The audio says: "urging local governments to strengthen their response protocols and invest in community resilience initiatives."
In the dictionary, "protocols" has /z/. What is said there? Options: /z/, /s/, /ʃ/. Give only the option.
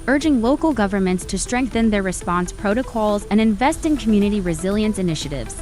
/z/